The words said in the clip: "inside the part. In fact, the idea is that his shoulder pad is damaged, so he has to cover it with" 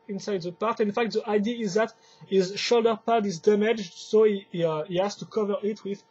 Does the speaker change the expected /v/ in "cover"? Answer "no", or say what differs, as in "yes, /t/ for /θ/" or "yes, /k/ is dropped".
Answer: no